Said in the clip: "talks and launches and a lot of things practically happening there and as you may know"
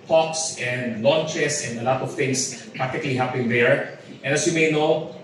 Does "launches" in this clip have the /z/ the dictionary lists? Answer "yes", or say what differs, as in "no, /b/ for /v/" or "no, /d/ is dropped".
no, /s/ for /z/